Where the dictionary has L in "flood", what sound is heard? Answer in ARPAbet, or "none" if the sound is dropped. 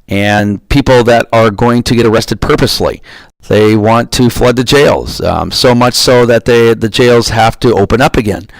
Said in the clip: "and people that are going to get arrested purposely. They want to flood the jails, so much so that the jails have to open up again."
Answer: L